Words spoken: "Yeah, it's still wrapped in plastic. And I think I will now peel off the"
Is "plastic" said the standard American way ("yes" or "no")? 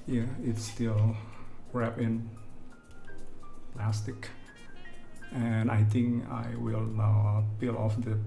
yes